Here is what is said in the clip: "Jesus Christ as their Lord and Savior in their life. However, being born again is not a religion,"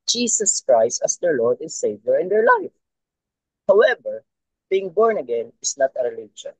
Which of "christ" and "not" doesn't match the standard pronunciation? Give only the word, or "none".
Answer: none